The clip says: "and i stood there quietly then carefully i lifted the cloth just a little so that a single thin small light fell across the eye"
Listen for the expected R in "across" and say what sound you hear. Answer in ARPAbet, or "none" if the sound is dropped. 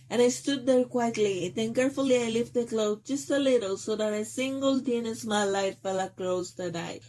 L